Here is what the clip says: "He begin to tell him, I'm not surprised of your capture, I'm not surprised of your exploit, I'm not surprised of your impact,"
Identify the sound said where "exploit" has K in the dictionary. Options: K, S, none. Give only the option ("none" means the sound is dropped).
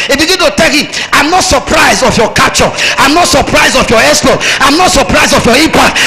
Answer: none